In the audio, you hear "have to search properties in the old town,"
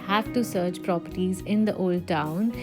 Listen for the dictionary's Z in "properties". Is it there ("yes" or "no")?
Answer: yes